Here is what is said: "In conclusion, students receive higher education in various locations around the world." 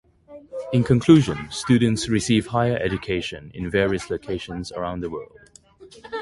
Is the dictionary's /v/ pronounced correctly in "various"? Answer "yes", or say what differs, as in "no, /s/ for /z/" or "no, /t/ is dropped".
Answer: yes